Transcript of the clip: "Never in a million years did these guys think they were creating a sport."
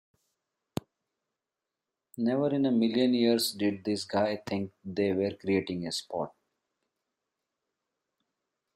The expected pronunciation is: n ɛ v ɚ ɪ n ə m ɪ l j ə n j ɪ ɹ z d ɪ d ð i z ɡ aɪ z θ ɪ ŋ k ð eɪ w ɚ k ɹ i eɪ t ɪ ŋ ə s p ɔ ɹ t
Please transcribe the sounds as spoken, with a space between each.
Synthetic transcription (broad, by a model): n ɛ v ɚ ɪ n ə m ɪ l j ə n j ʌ ɹ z d ɪ d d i s ɡ aɪ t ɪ ŋ k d eɪ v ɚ k ɹ i eɪ t ɪ ŋ ə s p ɔ t